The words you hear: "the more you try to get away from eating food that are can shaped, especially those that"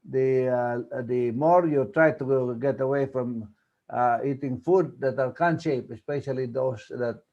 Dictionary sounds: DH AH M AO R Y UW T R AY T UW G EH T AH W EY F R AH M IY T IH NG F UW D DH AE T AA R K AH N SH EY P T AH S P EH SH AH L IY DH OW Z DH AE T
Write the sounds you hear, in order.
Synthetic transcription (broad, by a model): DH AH M AO R Y UW T R AY T UW G EH T AH W EY F R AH M IY T IH NG F UW D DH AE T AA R K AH N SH EY P AH S P EH SH AH L IY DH OW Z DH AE T